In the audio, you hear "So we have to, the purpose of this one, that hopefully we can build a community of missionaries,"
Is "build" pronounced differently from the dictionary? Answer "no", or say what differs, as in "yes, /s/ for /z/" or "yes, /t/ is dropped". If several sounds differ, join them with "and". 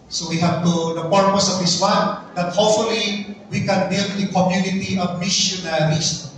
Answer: yes, /l/ is dropped